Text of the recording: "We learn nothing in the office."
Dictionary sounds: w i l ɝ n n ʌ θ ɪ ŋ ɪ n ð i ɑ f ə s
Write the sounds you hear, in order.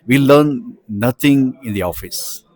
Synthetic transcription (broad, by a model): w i l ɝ n n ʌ t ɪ ŋ ɪ n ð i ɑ f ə s